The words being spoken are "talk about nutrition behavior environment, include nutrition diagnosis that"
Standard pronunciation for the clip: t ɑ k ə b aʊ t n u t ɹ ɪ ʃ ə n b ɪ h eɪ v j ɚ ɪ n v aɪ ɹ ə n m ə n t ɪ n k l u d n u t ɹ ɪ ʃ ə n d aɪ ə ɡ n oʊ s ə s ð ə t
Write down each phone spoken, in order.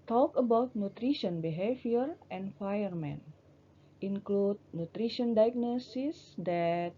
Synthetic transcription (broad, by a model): t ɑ k ə b aʊ t n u t ɹ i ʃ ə n b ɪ h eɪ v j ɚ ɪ n f aɪ ə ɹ m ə n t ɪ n k l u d n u t ɹ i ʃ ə n d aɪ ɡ n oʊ s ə s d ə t